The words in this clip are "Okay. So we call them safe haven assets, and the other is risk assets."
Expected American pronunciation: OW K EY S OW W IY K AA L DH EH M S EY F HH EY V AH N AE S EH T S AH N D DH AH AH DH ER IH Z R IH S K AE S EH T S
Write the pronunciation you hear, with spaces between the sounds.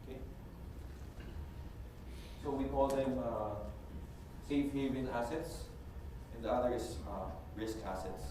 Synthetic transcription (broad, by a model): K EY S OW W IY K AA L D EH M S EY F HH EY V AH L AE S EH T S AH N D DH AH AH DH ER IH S R IH S K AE S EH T S